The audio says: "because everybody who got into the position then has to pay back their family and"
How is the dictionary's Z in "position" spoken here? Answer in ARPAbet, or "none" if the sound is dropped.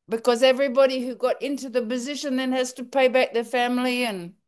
Z